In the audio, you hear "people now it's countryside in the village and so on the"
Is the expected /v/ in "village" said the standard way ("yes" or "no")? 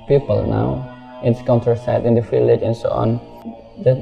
no